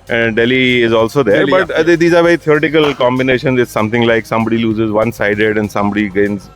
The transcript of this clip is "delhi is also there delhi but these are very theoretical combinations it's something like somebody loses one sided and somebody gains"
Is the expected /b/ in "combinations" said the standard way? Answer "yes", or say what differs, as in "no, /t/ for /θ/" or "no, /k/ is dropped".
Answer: yes